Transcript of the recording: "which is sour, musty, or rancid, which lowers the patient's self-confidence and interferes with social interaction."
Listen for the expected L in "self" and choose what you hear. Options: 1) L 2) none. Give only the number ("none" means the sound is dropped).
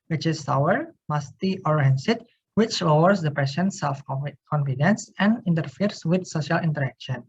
2